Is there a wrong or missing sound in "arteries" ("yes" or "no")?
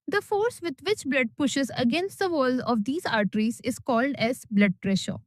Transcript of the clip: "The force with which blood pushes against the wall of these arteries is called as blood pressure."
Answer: no